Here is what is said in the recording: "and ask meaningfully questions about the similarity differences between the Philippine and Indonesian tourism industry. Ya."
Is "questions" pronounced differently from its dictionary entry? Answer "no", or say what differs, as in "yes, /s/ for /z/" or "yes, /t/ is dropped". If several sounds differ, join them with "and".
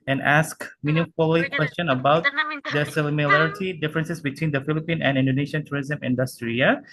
yes, /z/ is dropped